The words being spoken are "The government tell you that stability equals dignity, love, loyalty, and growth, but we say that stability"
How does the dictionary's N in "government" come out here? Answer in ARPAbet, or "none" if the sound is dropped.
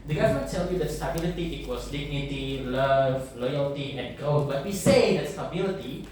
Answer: none